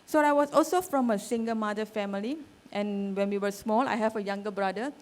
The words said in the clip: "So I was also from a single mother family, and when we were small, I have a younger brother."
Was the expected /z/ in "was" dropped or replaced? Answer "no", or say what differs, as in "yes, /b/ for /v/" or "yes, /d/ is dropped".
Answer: yes, /s/ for /z/